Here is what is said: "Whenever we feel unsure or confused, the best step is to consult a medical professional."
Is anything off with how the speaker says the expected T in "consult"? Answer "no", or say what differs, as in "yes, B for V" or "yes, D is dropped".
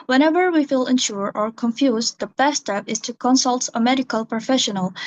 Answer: no